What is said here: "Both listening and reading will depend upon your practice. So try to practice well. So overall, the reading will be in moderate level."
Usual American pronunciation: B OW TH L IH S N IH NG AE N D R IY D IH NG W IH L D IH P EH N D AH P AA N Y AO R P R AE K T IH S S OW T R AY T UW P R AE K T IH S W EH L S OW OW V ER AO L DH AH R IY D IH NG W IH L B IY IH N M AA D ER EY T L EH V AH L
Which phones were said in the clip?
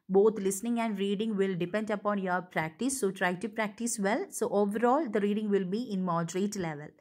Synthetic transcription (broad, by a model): B OW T L IH S N IH NG AE N D R IY D IH NG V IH L D IH P EH N D AH P AA N Y AO R P R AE K T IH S S OW T R AY T UW P R AE K T IH S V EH L S OW OW V ER AO L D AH R IY D IH NG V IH L B IY IH N M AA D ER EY T L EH V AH L